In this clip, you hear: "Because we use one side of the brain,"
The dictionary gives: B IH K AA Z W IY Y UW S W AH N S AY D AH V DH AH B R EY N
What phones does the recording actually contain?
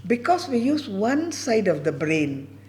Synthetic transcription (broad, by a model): B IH K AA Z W IY Y UW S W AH N S AY D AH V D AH B R EY N